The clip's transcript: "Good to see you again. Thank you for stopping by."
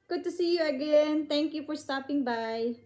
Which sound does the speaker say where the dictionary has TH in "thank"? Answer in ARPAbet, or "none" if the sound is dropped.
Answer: T